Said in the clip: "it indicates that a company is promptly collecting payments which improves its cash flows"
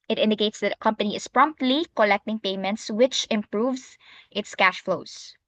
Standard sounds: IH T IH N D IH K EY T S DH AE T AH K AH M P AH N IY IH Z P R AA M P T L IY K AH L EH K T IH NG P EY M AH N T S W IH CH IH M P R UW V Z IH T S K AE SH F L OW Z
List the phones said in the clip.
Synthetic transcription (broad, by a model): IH T IH N D IH K EY T S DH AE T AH K AH M P AH N IY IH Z P R AA M P T L IY K AH L EH K T IH NG P EY M AH N T S W IH CH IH M P R UW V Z IH T S K AE SH F L OW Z